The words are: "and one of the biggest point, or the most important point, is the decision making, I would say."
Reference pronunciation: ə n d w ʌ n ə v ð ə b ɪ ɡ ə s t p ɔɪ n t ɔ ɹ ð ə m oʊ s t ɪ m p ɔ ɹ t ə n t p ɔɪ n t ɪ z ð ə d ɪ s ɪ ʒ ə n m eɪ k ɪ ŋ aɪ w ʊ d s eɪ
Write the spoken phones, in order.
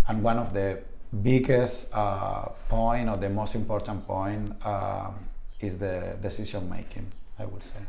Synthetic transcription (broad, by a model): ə n w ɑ n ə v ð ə b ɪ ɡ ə s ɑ p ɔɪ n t ɔ ɹ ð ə m oʊ s t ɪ m p ɔ ɹ t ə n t p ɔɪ n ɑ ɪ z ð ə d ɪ s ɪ s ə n m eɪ k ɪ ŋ aɪ w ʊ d s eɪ